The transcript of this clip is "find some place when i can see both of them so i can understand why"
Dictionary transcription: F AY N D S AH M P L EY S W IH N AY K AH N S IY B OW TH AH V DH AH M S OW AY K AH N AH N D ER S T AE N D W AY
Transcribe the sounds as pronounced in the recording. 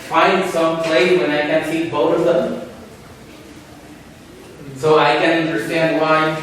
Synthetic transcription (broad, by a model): F AY N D S AH M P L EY W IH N AY K AH N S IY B OW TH AH V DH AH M S OW AY K AH N AH N D ER S T AE N D W AY